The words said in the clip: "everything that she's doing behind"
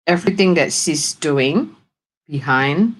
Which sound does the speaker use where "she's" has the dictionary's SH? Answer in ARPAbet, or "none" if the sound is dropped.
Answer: S